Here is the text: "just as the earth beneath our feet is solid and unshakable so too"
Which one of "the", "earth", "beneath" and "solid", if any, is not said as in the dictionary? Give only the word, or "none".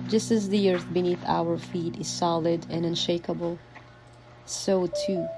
none